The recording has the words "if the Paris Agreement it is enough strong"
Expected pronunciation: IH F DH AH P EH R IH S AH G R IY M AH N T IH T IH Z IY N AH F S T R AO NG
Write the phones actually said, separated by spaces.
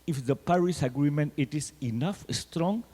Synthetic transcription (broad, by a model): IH F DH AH P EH R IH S AH G R IY M AH N T IH T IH S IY N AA F S T R AO NG